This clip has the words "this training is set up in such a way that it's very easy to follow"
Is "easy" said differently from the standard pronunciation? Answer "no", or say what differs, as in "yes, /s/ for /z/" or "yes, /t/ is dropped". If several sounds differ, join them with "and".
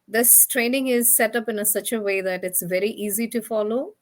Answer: no